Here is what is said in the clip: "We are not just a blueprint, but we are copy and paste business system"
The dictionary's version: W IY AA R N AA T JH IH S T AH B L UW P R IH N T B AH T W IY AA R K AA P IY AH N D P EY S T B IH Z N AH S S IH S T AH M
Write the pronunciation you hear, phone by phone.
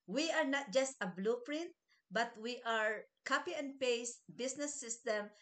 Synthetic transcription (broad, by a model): W IY AA R N AA T JH IH S T AH B L UW P R IH N T B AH T W IY AA R K AA P IY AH N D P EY S B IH S N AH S S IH S T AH M